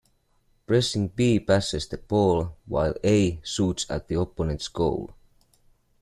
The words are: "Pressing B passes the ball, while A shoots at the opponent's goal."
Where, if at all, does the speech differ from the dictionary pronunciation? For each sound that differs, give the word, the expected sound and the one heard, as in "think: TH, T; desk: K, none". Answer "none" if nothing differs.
shoots: SH, S